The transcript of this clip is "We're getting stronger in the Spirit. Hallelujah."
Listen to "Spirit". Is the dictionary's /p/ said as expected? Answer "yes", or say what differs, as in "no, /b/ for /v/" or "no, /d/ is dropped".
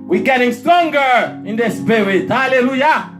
no, /b/ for /p/